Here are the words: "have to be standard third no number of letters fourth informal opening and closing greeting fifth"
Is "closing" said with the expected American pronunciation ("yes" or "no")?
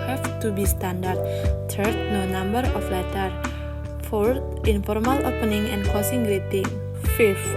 no